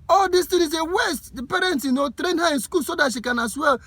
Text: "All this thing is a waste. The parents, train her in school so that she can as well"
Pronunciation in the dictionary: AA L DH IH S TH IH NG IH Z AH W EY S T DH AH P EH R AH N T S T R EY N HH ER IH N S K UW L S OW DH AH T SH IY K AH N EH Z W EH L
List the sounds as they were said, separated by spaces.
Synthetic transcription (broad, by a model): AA L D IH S T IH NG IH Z AH W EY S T P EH R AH N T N T R EY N HH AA IH N S K UW L S OW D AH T SH IY K AH N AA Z W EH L